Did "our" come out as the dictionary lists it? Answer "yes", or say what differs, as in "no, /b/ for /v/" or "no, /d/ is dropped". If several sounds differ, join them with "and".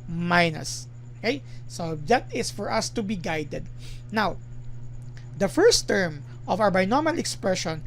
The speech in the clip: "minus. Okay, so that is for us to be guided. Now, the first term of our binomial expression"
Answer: no, /w/ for /ɹ/